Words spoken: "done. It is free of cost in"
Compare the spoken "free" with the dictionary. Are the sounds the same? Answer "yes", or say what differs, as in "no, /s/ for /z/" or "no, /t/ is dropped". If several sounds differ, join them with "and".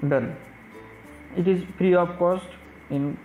no, /p/ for /f/